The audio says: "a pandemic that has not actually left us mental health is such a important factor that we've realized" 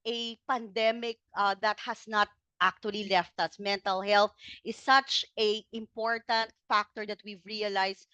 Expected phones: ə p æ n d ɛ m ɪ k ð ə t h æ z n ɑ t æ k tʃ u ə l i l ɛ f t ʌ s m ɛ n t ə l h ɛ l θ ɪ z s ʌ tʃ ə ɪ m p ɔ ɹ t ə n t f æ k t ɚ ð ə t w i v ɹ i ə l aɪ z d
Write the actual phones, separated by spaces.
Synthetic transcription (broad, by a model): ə p æ n d ɛ m ɪ k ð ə t h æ s n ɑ t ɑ k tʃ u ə l i l ɛ f t ʌ s m ɛ n t ə l h ɛ l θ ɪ s ʌ tʃ ə ɪ m p ɔ ɹ t ə n t f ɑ k t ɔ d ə t w i v ɹ i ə l aɪ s